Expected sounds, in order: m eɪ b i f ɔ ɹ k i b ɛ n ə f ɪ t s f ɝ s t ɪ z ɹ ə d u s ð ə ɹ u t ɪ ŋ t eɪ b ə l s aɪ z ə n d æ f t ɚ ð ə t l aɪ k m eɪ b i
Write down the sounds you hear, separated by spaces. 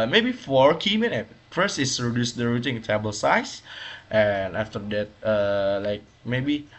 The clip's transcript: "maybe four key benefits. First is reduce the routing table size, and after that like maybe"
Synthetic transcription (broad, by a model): m eɪ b i f ɔ ɹ k i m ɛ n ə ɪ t f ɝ s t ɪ s ɹ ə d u s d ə ɹ u t ɪ ŋ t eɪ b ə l s aɪ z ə n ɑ f t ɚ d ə t l aɪ k m eɪ b i